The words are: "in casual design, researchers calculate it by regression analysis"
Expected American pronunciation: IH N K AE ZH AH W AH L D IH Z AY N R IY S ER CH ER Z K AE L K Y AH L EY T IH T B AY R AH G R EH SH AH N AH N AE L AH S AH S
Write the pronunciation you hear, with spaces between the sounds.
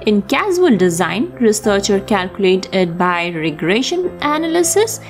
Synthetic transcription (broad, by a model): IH N K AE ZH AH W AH L D IH Z AY N R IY S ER CH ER K AE L K Y AH L EY T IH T B AY R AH G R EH SH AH N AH N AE L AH S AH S